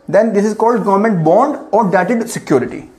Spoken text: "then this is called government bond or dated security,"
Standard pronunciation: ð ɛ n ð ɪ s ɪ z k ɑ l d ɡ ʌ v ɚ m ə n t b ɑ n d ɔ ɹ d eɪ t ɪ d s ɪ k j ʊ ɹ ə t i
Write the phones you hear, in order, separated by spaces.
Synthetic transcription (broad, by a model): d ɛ n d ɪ s ɪ z k ɑ l d ɡ ʌ v ɚ m ə n t b ɑ n d ɔ ɹ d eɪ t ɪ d s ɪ k j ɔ ɹ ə t i